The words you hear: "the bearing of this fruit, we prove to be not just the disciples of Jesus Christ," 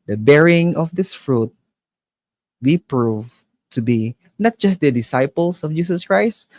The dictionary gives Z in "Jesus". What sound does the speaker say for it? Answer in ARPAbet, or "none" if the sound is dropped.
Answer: S